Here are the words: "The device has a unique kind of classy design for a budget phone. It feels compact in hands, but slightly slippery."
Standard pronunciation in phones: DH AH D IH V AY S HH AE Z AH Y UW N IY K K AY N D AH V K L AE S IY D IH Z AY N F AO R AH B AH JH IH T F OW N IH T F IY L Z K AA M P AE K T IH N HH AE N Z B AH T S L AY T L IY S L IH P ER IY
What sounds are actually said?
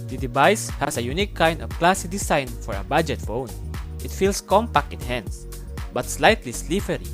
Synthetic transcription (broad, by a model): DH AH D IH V AY S HH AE S AH Y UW N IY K K AY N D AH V K L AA S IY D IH S AY N F AO R AH B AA JH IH T F OW N IH T F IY L S K AA M P AE K T IH N HH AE N S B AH T S L AY T L IY S L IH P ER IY